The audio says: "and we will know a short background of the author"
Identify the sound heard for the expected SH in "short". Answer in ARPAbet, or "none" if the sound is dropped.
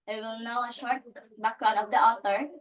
SH